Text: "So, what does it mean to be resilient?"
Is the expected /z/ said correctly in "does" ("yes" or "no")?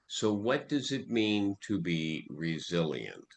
yes